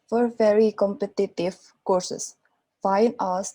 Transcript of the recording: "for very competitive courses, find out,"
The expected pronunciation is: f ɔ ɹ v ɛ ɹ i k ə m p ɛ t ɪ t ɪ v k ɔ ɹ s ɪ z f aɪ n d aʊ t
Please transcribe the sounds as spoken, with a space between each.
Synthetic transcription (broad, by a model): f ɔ ɹ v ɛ ɹ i k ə m p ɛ t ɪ t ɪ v k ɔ ɹ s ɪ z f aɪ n aʊ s